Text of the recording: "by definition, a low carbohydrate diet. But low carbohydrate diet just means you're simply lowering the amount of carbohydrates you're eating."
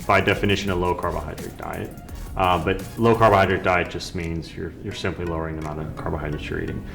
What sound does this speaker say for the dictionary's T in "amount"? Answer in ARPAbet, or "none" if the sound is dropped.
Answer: none